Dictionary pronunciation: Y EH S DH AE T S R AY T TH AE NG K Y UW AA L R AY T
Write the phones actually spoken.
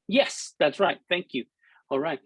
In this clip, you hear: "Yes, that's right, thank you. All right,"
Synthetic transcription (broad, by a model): Y EH S DH AE T S R AY T TH AE NG K Y UW AA L R AY T